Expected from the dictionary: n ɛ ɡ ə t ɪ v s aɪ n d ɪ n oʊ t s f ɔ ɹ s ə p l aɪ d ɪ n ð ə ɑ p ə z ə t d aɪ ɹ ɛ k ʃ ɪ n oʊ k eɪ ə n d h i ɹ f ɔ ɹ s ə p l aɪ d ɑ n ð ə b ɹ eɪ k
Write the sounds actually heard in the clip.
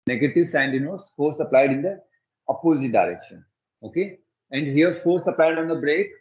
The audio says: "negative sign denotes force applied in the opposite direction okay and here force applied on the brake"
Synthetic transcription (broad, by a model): n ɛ ɡ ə t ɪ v s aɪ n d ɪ n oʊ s f ɔ ɹ s ə p l aɪ d ɪ n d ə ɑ p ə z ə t d aɪ ɹ ɛ k ʃ ɪ n oʊ k eɪ ə n d h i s f ɔ ɹ s ə p l aɪ d ɑ n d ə b ɹ eɪ k